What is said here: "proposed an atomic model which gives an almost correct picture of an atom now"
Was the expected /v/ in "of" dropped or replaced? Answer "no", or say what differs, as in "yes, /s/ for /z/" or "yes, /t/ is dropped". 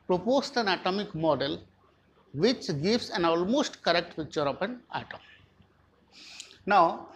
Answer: yes, /p/ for /v/